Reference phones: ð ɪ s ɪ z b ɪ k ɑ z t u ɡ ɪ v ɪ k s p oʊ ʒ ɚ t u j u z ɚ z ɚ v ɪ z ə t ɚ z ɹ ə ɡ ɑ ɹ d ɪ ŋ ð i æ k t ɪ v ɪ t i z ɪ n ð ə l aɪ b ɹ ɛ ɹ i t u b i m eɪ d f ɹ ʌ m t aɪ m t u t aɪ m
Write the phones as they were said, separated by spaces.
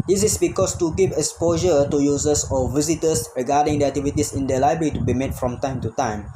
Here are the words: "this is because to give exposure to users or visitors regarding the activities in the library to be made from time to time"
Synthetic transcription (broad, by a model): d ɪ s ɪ s b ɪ k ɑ s t u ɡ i p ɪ k s p oʊ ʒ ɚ t u j u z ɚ s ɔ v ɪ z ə t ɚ s ɹ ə ɡ ɑ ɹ d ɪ ŋ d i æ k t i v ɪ t i s ɪ n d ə l aɪ b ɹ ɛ ɹ i t u b i m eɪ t f ɹ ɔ m t aɪ m t u t aɪ m